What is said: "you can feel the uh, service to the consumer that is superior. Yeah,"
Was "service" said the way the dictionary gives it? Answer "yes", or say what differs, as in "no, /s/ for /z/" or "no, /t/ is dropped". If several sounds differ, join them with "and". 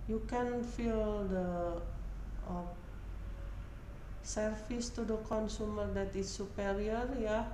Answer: no, /f/ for /v/